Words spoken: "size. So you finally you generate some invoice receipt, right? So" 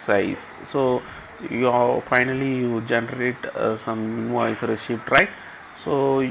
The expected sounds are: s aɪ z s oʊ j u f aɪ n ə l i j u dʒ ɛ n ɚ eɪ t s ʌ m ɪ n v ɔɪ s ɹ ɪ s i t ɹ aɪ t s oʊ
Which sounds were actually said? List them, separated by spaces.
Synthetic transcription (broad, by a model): s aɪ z s oʊ j u f aɪ n ə l i j u dʒ ɛ n ɚ eɪ t s ʌ m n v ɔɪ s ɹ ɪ ʃ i t ɹ aɪ t s oʊ